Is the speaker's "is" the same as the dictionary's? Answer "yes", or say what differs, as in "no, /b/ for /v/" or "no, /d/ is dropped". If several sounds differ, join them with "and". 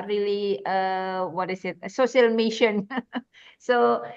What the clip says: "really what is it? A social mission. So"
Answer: no, /s/ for /z/